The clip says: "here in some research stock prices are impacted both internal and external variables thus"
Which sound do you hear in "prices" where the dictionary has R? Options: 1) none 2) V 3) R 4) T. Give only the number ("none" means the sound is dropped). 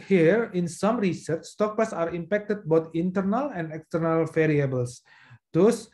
1